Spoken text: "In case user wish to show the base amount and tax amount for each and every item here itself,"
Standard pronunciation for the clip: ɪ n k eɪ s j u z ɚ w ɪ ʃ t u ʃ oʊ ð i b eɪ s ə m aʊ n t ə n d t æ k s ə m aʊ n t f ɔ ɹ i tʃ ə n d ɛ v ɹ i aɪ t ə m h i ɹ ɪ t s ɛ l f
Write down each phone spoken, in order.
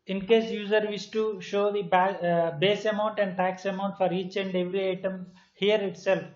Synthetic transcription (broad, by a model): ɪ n k eɪ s j u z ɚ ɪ s t u ʃ oʊ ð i b eɪ s ə m aʊ n t ə n d t æ k s ə m aʊ n t f ɔ ɹ i tʃ ə n d ɛ v ɹ i aɪ t ə m h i ɹ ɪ t s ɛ l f